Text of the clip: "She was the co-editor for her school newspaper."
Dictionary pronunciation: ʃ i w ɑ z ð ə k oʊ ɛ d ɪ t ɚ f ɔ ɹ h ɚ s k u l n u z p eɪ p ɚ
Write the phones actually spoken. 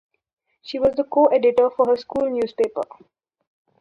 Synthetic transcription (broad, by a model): ʃ i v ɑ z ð ə k oʊ ɛ d ɪ t ɚ f ɔ ɹ h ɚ s k u l n u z p eɪ p ɚ